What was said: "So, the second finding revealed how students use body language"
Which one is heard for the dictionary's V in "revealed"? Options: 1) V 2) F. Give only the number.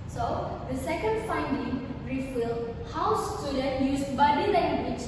2